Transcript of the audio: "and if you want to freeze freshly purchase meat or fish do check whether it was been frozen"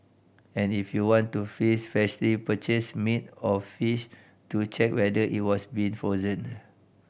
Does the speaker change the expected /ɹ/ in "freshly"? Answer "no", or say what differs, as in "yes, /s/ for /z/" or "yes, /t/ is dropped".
yes, /ɹ/ is dropped